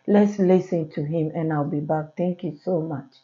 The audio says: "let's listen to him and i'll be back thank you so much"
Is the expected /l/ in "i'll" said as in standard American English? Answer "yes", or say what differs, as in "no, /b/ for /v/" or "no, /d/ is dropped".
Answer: yes